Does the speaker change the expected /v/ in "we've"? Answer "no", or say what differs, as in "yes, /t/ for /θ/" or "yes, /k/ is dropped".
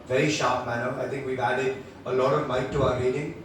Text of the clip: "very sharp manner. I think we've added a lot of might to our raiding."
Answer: no